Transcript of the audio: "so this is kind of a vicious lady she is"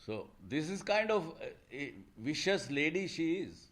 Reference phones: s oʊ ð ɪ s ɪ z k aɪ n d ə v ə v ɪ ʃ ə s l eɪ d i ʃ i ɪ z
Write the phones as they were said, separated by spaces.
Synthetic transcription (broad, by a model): s oʊ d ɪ s ɪ z k aɪ n d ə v v ɪ ʃ ə s l eɪ d i ʃ i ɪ z